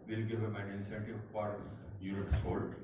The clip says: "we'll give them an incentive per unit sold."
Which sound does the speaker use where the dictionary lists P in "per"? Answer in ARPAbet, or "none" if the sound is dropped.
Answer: F